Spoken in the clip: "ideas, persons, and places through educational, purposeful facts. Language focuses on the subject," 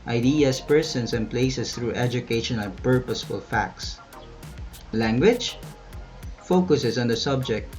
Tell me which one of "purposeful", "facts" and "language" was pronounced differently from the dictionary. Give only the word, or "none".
none